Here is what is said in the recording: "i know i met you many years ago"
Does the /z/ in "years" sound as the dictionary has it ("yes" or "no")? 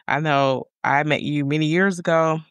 yes